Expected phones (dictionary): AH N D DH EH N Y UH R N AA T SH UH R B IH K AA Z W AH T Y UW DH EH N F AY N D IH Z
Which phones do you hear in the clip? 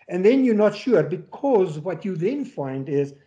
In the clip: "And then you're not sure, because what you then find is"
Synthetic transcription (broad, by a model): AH N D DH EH N Y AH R N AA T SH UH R B IH K AA Z W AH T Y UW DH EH N F AY N D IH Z